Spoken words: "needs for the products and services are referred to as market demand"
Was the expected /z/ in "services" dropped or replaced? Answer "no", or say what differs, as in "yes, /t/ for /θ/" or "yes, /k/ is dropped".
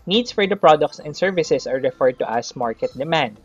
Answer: yes, /s/ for /z/